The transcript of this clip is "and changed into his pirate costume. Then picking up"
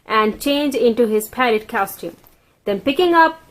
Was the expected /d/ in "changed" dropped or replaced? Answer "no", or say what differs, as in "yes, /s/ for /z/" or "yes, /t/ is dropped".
yes, /d/ is dropped